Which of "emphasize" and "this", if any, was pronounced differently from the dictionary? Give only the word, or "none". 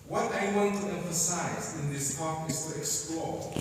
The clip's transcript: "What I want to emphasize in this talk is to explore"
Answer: none